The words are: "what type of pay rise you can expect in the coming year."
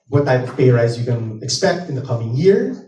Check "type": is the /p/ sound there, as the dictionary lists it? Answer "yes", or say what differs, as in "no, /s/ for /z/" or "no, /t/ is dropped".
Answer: no, /p/ is dropped